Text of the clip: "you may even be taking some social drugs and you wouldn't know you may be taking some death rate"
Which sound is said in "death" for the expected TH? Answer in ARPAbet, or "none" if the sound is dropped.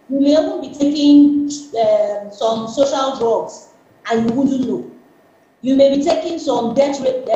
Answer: T